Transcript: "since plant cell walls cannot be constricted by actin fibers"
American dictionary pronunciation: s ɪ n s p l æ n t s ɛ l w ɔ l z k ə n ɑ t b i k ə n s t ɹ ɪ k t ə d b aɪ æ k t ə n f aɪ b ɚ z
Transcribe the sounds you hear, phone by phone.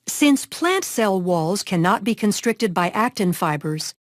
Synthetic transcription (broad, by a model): s ɪ n s p l æ n t s ɛ l w ɔ l z k ə n ɑ t b i k ə n s t ɹ ɪ k t ə d b aɪ æ k t ə n f aɪ b ɚ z